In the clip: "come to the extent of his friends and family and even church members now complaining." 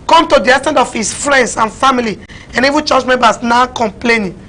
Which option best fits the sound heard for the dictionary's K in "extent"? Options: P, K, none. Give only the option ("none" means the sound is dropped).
none